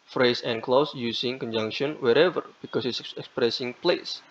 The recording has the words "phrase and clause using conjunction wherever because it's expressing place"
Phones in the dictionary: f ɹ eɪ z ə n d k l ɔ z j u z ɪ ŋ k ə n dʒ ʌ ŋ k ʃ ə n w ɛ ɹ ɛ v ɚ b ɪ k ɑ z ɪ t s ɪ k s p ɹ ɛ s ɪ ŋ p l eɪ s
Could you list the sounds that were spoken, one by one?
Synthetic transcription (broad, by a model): f ɹ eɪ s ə n k l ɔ s j u s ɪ ŋ k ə n dʒ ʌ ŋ k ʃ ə n w ɛ ɹ ɛ v ɚ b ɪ k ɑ s ɪ t s ɪ k s p ɹ ɛ s ɪ ŋ p l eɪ s